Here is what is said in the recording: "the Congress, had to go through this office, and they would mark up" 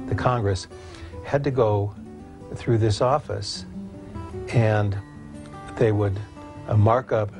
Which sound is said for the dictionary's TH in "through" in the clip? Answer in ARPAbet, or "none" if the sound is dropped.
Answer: TH